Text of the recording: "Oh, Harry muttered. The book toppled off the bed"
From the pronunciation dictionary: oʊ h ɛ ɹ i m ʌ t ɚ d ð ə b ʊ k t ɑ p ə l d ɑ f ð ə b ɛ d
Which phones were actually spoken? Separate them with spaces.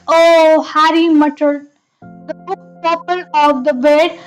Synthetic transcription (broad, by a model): oʊ h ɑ ɹ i m ʌ t ɚ d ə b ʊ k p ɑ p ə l ɑ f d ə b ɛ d